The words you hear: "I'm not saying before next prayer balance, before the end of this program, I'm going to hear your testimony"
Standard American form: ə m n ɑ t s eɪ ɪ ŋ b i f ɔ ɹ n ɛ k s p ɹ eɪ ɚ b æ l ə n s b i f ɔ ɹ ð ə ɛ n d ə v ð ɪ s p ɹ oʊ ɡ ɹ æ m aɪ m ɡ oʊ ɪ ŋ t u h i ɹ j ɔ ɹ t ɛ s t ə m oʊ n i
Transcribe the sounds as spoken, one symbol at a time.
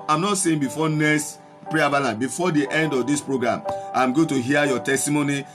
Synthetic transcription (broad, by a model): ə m n ɑ t s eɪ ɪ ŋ b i f ɔ n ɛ s p ɹ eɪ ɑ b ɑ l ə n b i f ɔ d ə ɛ n d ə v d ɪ s p ɹ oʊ ɡ ɹ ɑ m aɪ m ɡ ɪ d t u h i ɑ j ɔ t ɛ s t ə m oʊ n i